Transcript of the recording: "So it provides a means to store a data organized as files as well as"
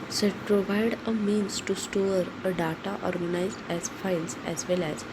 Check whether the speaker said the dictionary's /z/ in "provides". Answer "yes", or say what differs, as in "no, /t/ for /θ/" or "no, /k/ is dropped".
no, /z/ is dropped